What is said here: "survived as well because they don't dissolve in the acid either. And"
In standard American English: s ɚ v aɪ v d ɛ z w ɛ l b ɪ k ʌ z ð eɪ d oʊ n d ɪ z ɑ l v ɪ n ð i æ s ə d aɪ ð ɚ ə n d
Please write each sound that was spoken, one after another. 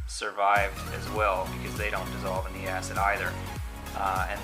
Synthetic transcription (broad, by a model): s ɚ v aɪ v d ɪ z w ɛ l b ɪ k ʌ z ð eɪ d oʊ n d ɪ z ɑ l v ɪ n ð i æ s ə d aɪ ð ɚ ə n